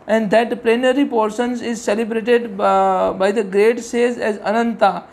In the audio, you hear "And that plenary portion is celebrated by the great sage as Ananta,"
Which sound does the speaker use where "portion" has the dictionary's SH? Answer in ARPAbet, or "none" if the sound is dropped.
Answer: S